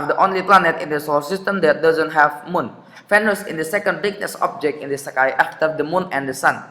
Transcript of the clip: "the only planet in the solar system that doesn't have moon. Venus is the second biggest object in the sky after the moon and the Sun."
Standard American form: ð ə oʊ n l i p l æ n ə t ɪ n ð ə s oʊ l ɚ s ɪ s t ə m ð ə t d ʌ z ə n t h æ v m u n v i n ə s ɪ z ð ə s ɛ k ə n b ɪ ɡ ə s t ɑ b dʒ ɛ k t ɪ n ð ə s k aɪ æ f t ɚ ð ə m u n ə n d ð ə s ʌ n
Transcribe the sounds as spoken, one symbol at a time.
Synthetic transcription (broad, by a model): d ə oʊ n l i p l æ n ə t ɪ n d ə s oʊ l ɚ s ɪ s t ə m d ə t d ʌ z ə n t h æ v m u n f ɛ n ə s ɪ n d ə s ɛ k ə n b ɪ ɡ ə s ɑ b dʒ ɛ k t ɪ n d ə s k aɪ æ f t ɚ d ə m u n ə n d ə s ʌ n